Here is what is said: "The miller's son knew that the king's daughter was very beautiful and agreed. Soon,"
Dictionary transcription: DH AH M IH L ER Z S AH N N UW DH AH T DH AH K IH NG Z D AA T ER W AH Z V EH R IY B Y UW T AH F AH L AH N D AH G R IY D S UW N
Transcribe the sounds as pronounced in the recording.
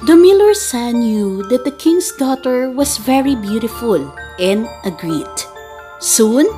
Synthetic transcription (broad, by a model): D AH M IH L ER S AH N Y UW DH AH T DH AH K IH NG S D AA T ER W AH S V EH R IY B Y UW T AH F AH L AH N D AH G R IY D S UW N